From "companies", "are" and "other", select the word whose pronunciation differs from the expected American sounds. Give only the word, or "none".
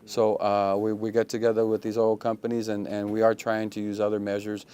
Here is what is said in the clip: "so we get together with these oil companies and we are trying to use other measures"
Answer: none